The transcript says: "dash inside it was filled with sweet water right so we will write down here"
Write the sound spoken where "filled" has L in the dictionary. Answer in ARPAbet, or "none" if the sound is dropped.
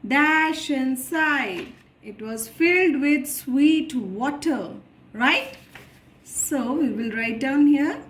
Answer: L